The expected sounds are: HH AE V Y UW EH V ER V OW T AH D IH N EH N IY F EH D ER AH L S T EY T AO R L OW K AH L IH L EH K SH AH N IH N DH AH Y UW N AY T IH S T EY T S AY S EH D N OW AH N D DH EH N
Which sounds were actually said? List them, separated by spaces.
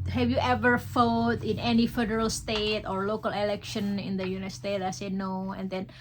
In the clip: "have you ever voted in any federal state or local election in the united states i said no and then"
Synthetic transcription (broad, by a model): HH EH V Y UW EH V ER F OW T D IH N EH N IY F EH D ER AH L S T EY T AO R L OW K AH L IH L EH K SH AH N IH N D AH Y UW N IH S T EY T AY S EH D N OW AH N D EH N